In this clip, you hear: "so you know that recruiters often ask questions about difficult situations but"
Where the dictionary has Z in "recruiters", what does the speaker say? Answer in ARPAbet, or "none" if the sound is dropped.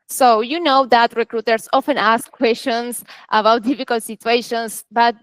S